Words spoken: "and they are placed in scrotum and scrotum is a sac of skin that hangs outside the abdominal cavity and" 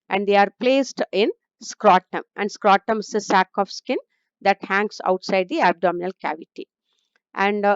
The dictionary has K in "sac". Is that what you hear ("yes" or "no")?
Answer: yes